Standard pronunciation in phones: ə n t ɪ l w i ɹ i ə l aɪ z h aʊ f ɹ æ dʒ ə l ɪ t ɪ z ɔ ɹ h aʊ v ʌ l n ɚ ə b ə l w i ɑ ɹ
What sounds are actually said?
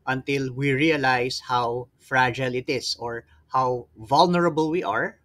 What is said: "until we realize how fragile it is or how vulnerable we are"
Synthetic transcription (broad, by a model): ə n t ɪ l w i ɹ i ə l aɪ s h aʊ f ɹ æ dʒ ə l ɪ t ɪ s ɔ ɹ h aʊ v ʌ l n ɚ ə b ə l w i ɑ ɹ